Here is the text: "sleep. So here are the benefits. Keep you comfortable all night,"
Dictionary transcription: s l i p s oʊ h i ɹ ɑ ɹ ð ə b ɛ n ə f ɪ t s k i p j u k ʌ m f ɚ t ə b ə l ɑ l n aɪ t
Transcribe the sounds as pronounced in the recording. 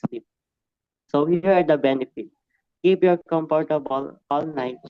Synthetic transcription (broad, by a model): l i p s oʊ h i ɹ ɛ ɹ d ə b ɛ n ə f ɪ t k i p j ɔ k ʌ m p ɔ t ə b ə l ɑ l n aɪ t